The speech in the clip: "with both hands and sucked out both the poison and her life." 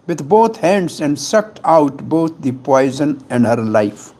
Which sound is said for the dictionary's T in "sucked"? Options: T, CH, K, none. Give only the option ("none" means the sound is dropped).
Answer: T